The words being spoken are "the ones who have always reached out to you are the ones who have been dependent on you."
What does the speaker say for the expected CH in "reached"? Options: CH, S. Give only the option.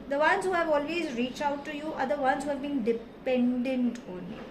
CH